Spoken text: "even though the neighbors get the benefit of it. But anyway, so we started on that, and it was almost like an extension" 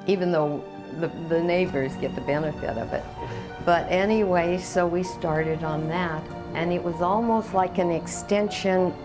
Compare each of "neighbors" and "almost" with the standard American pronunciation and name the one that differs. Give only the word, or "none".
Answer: none